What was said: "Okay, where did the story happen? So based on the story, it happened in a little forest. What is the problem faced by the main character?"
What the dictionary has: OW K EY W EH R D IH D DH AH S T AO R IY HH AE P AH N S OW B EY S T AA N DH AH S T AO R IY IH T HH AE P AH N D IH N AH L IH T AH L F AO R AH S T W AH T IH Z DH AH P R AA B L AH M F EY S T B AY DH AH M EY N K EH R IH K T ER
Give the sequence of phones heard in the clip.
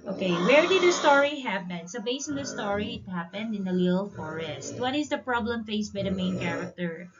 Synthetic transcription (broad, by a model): OW K EY W EH R D IH D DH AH S T AO R IY HH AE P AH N S OW B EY S AA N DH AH S T AO R IY IH T HH AE P AH N D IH N AH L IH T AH L F AO R AH S T W AH T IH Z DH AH P R AA B L AH M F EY S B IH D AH M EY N K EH R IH K T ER